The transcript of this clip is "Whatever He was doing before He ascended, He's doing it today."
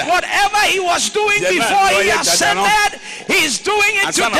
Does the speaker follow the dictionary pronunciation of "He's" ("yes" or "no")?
yes